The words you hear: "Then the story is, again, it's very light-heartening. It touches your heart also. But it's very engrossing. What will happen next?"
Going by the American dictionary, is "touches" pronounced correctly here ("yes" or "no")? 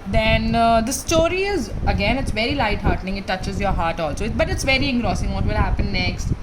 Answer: yes